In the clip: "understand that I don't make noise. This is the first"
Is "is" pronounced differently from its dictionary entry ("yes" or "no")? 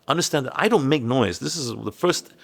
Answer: no